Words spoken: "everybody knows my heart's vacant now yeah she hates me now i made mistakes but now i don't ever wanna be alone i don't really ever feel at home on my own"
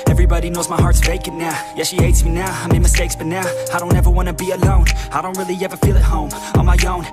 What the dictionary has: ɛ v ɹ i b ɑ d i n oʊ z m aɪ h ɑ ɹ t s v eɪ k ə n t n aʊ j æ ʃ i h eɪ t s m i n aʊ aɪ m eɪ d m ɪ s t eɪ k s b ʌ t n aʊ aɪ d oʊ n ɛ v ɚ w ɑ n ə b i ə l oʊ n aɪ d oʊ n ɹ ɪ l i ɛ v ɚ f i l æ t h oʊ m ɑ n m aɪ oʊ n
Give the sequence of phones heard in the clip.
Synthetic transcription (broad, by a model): ɛ v ɹ i b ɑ d i n oʊ z m aɪ h ɑ ɹ t s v eɪ k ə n n aʊ j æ ʃ i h eɪ t s m i n aʊ aɪ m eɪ m ɪ s t eɪ k s b ʌ t n aʊ aɪ d oʊ n ɛ v ɚ w ɑ n ə b i ə l oʊ n aɪ d oʊ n ɹ ɪ l i ɛ v ɚ f i l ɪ t h oʊ m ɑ m aɪ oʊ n